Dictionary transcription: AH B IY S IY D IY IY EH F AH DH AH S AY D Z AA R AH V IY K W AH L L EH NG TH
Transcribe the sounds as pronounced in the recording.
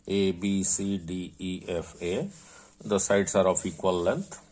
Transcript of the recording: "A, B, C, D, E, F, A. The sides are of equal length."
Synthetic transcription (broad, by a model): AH B IY S IY D IY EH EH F AH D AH S AY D S AA R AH P IY K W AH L L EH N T